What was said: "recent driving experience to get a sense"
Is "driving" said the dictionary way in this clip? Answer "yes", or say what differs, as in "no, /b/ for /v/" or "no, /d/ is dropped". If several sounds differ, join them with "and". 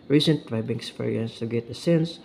no, /b/ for /v/